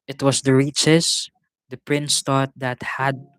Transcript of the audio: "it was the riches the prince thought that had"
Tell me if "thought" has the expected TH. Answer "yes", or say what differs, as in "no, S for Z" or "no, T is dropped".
no, T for TH